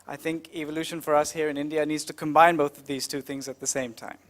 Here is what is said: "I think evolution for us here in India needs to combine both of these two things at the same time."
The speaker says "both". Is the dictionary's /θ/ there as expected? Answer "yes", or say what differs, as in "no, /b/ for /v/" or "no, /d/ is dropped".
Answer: yes